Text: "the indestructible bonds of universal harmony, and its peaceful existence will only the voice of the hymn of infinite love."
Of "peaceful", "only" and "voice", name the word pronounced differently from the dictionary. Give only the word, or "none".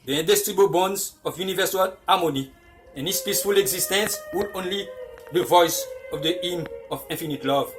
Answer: none